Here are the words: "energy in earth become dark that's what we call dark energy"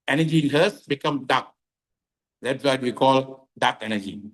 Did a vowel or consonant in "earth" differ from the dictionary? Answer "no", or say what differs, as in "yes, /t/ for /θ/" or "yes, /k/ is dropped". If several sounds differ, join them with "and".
yes, /s/ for /θ/